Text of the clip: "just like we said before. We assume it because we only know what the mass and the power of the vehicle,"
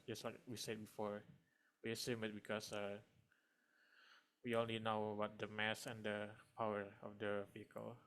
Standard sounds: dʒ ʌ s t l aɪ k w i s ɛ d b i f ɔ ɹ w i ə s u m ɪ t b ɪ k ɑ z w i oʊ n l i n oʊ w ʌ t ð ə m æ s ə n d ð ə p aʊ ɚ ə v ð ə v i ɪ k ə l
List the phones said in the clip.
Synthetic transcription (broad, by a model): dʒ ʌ s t l aɪ k w i s ɛ d b i f ɔ ɹ w i ə s u m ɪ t b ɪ k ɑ s w i oʊ n l i n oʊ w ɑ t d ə m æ s ə n d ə p aʊ ɚ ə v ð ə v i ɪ k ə l